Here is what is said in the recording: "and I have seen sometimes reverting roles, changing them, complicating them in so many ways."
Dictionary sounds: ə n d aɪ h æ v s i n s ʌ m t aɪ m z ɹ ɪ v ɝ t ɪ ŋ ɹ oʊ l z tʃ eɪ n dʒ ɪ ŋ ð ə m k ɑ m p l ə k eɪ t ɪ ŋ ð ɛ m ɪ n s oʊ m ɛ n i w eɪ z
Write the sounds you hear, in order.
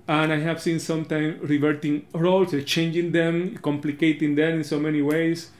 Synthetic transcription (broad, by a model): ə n aɪ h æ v s i n s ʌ m t aɪ m ɹ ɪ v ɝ t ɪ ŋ ɹ oʊ l s tʃ eɪ n dʒ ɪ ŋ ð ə m k ɑ m p l ə k eɪ t ɪ ŋ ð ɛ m ɪ n s oʊ m ɛ n i w eɪ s